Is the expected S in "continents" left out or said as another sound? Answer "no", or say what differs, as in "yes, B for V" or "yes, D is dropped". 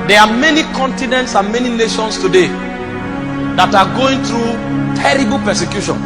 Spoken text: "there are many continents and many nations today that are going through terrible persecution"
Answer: no